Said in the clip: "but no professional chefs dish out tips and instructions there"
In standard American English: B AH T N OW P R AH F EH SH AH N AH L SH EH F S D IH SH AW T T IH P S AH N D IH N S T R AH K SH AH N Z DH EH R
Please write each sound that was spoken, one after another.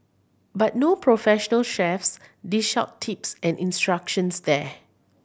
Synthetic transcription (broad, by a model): B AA T N OW P R AH F EH SH AH N AH L SH EH F S D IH SH AW T T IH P S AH N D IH N S T R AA K SH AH N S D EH